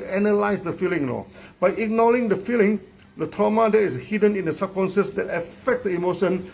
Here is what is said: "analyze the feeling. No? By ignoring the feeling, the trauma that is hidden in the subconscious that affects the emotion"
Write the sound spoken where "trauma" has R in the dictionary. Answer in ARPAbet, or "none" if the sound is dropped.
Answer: none